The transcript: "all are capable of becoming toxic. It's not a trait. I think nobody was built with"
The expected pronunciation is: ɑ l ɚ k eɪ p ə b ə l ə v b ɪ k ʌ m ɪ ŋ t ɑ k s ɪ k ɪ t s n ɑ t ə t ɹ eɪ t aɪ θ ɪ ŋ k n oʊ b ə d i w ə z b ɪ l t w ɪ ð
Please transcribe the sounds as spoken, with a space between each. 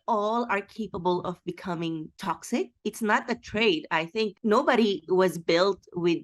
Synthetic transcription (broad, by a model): ɑ l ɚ k eɪ p ə b ə l ə v b ɪ k ʌ m ɪ ŋ t ɑ k s ɪ k ɪ t s n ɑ t ə t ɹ eɪ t aɪ θ ɪ ŋ k n oʊ b ə d i w ə z b ɪ l t w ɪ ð